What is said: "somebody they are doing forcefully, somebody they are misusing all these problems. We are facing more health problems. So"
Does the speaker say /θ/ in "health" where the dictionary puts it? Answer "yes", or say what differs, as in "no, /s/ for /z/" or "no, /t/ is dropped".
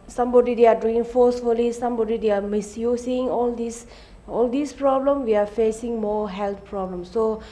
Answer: no, /t/ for /θ/